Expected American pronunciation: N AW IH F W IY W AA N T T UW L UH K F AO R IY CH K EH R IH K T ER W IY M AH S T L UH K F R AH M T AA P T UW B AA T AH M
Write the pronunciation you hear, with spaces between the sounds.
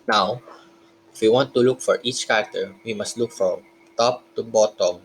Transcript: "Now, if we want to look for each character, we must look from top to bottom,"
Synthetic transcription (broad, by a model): N AW IH F W IY W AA N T T UW L UH K F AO R IY CH K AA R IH K T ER W IY M AH S T L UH K F R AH M T AA P T UW B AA T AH M